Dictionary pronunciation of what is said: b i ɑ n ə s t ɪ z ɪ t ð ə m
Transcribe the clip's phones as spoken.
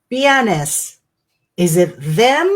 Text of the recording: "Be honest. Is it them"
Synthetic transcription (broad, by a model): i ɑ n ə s ɪ z ɪ t ð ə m